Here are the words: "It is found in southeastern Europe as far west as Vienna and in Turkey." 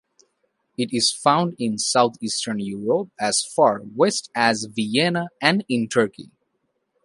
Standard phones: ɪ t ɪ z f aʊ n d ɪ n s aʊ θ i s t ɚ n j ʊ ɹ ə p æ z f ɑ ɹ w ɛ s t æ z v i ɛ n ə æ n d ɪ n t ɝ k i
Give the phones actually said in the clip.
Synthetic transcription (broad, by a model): ɪ t ɪ z f aʊ n d ɪ n s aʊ t i s t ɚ n j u ɹ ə p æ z f ɑ ɹ w ɛ s t æ z v i ɛ n ə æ n d ɪ n t ɝ k i